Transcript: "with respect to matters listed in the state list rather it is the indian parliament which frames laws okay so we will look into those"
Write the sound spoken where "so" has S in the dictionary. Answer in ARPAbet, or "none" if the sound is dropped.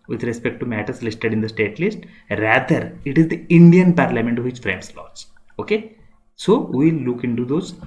S